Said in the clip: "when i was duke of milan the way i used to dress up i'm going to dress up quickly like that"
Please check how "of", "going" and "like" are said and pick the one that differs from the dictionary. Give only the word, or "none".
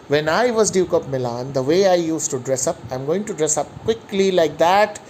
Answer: of